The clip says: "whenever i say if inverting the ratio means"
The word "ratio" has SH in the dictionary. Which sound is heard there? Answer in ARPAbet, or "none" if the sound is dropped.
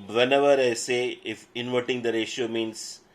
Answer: SH